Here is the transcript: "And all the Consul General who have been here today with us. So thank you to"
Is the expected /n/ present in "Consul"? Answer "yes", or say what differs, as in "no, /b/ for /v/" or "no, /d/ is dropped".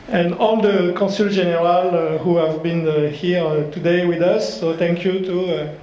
no, /n/ is dropped